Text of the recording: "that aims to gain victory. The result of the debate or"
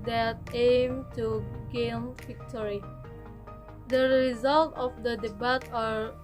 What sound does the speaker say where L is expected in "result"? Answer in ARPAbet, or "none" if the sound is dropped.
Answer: L